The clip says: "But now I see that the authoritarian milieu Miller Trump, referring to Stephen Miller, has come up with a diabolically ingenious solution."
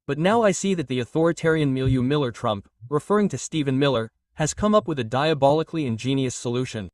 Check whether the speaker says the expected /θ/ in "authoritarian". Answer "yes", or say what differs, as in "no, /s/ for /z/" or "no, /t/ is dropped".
yes